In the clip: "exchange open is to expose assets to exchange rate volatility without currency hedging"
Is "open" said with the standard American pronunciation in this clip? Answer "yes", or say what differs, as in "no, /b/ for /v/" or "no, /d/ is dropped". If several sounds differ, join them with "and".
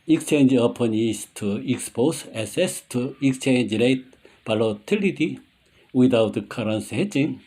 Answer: yes